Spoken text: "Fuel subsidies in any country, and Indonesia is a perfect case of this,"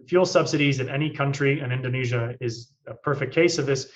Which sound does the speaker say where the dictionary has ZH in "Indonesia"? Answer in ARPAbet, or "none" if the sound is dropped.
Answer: ZH